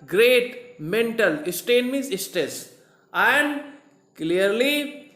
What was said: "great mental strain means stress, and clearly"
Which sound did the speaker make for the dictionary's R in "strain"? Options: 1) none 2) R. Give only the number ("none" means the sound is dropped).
1